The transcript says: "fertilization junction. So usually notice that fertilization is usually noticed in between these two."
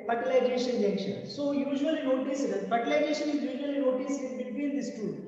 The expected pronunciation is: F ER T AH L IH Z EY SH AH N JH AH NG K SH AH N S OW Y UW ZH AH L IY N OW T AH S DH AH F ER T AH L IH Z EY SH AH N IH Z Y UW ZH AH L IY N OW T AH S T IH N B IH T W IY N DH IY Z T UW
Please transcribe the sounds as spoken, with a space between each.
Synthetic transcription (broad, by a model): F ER T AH L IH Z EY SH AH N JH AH K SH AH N S OW Y UW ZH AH L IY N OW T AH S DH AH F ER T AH L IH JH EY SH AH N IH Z Y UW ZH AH L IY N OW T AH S IH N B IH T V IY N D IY S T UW